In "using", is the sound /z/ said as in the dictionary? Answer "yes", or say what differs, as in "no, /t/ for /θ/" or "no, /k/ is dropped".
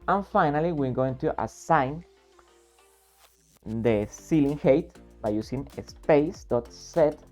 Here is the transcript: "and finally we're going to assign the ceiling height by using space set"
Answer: no, /s/ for /z/